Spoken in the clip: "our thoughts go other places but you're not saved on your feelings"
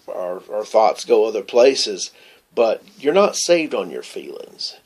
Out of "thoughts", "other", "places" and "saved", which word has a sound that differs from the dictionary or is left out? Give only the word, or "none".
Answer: none